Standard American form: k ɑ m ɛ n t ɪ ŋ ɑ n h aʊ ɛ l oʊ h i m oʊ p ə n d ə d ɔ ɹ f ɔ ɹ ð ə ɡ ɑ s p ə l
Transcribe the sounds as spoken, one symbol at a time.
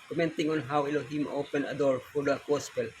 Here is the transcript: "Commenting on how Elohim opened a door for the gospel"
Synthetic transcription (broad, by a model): k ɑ m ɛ n t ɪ ŋ ɑ n h aʊ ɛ l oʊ h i m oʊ p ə n ə d ɔ ɹ f ɔ ɹ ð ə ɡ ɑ s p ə l